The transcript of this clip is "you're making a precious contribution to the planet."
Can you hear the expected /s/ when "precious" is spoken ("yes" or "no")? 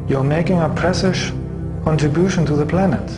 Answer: no